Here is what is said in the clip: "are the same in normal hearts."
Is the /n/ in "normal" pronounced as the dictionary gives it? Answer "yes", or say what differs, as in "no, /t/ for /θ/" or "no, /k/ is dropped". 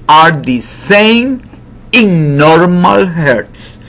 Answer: yes